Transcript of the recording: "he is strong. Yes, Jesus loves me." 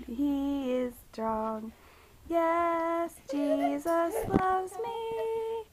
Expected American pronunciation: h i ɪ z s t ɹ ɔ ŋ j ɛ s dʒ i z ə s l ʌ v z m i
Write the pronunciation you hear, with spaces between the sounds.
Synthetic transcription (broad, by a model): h i ɪ z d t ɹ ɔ ŋ j ɛ s dʒ i z ə s l ʌ v z m i